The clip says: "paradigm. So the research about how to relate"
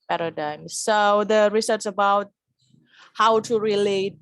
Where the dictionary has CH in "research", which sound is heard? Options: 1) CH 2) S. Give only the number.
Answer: 2